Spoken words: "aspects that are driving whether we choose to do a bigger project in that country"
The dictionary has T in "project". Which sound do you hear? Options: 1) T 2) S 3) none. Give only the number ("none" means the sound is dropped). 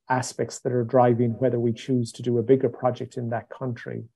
1